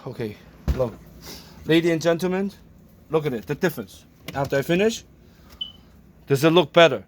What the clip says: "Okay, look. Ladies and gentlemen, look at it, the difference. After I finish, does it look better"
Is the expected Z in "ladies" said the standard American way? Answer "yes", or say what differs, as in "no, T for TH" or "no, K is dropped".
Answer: no, Z is dropped